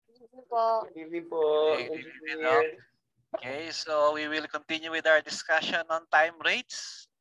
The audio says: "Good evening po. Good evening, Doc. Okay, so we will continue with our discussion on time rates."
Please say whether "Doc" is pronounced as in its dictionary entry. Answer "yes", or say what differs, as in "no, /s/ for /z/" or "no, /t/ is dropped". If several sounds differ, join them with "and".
no, /k/ is dropped